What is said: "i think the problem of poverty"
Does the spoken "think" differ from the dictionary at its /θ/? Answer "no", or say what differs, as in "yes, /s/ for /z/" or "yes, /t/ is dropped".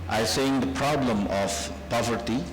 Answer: yes, /s/ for /θ/